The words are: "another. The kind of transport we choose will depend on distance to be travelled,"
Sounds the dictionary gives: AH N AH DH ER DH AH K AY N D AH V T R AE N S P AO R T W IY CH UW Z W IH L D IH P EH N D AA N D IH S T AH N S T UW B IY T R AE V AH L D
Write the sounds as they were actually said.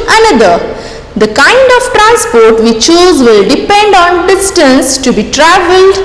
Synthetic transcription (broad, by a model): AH N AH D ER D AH K AY N D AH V T R AE N S P AO R T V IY CH UW Z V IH L D IH P EH N D AA N D IH S T AH N S T UW B IY T R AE V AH L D